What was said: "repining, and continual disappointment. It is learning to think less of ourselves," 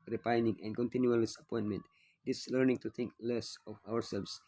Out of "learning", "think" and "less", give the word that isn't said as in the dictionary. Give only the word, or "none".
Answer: think